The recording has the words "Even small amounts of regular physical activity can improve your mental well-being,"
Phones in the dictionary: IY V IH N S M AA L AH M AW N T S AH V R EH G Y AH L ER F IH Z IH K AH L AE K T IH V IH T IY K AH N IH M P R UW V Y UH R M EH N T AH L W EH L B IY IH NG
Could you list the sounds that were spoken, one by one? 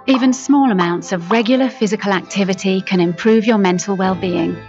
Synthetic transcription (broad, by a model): IY V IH N S M AA L AH M AW N T S AH V R EH G Y L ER F IH Z IH K AH L AE K T IH V IH T IY K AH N IH M P R UW V Y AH M EH N T AH L W EH L B IY IH NG